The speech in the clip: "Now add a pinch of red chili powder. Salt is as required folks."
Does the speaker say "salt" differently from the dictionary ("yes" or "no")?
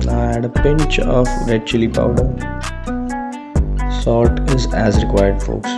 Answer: yes